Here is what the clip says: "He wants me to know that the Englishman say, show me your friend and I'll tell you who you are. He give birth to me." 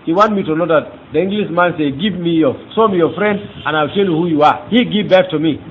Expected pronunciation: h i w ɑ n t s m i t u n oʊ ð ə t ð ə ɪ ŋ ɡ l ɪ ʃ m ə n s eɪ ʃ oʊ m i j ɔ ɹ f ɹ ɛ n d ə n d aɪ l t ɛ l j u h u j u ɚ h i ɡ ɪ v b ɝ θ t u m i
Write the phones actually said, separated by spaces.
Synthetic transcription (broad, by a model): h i w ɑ n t m i t u n oʊ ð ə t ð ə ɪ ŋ ɡ l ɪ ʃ m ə n s eɪ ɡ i m i j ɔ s f ɹ ɛ n d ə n aɪ l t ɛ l j u h u j u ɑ h i ɡ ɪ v b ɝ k t u m i